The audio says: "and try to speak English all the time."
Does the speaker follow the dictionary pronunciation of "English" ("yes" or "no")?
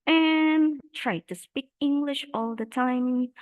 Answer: yes